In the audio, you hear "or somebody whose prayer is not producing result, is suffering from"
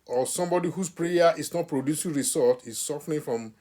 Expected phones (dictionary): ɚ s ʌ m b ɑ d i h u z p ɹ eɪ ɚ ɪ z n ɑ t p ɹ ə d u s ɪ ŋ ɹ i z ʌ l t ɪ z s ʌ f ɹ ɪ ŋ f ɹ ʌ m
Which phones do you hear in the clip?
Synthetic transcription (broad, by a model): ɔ s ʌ m b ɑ d i h u s p ɹ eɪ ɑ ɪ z n ɑ t p ɹ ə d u s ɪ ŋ ɹ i s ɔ t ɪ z s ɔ f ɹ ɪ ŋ f ɹ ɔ m